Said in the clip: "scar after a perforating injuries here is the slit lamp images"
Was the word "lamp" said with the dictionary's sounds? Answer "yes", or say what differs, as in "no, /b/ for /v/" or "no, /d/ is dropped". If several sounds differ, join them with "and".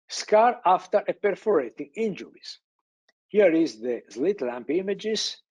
yes